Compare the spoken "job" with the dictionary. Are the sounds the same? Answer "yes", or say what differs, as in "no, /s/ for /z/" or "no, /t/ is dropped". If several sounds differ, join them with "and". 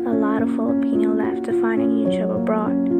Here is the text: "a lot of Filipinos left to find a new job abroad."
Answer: no, /tʃ/ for /dʒ/